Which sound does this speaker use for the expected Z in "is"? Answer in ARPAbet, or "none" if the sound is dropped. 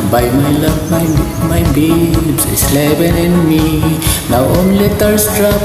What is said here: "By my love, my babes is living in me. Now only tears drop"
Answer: S